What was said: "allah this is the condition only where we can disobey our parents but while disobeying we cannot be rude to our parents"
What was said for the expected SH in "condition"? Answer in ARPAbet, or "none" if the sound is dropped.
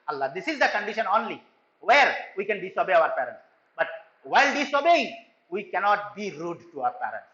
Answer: SH